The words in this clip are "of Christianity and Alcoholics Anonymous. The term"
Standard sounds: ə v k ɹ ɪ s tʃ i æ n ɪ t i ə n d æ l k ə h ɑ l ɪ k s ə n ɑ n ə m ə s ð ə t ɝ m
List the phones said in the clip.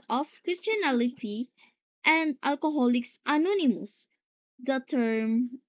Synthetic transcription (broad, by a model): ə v k ɹ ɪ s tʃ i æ l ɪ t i ə n d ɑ l k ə h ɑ l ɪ k s ə n ɑ n ə m ə s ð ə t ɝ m